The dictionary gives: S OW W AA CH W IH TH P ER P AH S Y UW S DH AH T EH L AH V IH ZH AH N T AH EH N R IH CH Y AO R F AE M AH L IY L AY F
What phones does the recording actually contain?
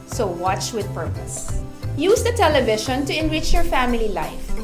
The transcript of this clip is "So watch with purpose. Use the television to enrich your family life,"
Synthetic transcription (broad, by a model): S OW W AA CH W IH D P ER P AH S Y UW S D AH T EH L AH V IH SH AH N T AH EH N R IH CH Y AO R F AE M AH L IY L AY F